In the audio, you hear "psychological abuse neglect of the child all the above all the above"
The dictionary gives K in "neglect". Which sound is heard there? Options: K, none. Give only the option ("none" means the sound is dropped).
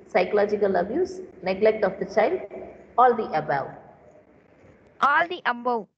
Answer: K